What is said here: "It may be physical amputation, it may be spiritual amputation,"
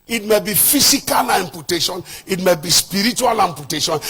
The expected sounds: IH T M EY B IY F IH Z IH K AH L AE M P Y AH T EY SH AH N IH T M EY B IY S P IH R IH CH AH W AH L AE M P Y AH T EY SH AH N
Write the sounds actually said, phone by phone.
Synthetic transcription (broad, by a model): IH T M EY B IY F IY S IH K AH L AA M P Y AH T EY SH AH N IH T M EY B IY S P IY R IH CH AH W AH L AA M P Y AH T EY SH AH N